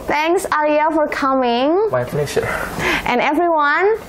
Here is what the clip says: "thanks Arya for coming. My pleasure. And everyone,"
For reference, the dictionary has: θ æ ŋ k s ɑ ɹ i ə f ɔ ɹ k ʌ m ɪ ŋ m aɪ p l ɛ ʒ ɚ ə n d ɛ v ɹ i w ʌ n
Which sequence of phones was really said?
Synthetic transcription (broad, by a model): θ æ ŋ k s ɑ l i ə f ɔ ɹ k ʌ m ɪ ŋ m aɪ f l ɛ ʃ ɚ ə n ɛ v ɹ i w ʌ n